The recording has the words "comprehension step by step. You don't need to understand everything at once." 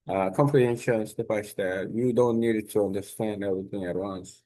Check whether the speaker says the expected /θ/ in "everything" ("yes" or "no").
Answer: yes